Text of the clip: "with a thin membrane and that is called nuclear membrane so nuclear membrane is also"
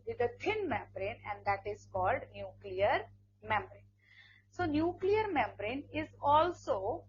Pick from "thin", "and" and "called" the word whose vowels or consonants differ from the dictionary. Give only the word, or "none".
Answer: thin